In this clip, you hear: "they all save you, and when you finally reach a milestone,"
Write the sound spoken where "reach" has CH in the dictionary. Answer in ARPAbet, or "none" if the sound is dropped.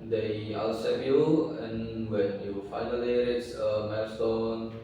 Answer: S